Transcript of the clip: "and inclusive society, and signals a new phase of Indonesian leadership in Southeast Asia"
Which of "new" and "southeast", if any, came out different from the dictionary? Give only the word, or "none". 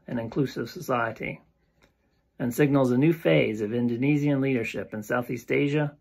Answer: none